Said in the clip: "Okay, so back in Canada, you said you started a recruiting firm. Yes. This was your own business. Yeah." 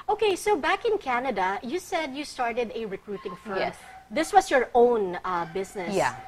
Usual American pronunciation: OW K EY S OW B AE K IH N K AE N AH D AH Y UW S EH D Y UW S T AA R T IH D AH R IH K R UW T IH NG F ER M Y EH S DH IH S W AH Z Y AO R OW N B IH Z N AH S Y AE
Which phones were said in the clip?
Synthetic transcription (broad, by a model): OW K EY S OW B AE K IH N K AE N AH D AH Y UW S EH D Y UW S T AA R T IH D AH R IH K R UW T IH NG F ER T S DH IH S W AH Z Y AO R OW N B IH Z N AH Y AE